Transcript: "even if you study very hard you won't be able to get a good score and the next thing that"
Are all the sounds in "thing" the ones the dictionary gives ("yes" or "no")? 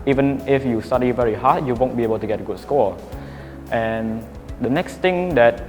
no